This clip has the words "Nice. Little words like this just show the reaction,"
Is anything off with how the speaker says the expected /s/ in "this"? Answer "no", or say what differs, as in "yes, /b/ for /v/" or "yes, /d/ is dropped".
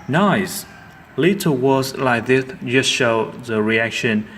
yes, /θ/ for /s/